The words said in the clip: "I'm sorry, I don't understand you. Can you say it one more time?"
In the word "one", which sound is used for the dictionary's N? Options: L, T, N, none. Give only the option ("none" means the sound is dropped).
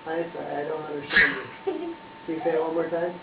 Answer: L